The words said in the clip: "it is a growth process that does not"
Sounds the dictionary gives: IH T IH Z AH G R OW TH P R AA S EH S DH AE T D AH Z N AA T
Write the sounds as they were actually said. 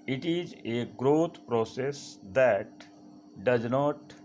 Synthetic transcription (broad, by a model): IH T IH Z AH G R OW T P R AA S EH S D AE T D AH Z N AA T